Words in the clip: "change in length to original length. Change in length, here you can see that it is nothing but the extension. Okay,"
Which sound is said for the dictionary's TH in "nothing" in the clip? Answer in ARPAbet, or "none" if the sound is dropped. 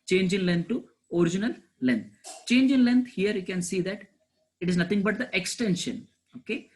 T